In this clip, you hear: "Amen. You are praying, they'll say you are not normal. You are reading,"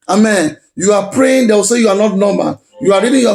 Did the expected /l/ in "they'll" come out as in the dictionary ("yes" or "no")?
no